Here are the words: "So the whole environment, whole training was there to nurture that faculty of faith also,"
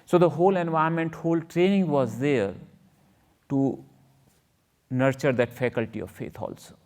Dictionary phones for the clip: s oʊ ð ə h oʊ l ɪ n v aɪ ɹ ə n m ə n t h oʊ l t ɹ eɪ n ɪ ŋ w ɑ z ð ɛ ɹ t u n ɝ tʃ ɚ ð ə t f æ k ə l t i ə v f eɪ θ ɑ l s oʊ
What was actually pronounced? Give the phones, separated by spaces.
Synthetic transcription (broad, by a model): s oʊ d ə h oʊ l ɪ n v aɪ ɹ m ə n t h oʊ l t ɹ eɪ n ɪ ŋ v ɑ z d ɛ ɹ t u n ɝ tʃ ɚ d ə t f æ k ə l t i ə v f eɪ t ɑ l s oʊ